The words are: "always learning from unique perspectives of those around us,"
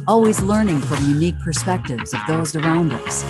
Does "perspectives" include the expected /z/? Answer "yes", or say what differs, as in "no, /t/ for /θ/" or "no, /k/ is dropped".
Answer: yes